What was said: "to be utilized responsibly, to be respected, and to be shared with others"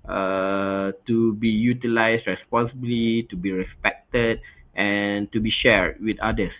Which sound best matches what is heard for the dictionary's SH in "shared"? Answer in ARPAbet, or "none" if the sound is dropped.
SH